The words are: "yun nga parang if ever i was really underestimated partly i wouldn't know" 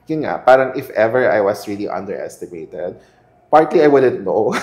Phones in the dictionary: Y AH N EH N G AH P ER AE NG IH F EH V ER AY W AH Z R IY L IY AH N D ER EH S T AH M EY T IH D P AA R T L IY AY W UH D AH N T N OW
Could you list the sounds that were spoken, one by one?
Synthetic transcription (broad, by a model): Y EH N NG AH P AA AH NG IH F EH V ER AY W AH S R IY L IY AH N D ER EH S T AH M EY T IH D P AA R T L IY AY W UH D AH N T N OW